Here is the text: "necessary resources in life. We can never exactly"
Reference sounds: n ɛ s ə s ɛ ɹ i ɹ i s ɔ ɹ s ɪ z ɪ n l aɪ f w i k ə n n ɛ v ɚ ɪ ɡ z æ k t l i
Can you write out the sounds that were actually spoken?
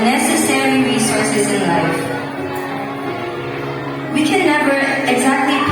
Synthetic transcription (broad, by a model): n ɛ s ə s ɛ ɹ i ɹ i s ɔ ɹ s ɪ z ɪ n l aɪ f w i k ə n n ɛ b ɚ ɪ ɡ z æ k t l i